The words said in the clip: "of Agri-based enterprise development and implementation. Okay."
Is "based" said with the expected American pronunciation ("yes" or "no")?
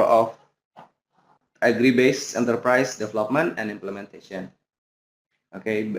no